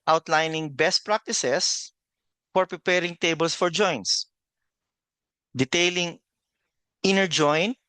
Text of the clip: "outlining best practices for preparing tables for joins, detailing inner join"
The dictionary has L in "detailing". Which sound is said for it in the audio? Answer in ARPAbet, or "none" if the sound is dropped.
L